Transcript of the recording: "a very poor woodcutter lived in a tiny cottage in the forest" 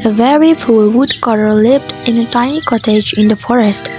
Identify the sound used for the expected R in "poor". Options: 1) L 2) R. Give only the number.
1